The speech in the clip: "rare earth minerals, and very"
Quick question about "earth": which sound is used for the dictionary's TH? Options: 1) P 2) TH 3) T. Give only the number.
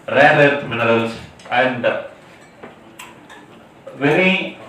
3